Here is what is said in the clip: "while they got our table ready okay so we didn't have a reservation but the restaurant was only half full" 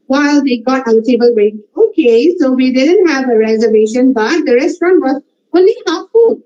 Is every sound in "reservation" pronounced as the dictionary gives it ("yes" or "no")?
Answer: yes